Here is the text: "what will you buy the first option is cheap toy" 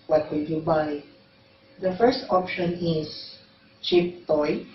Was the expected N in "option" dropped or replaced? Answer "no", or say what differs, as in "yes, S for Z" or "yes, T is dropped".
no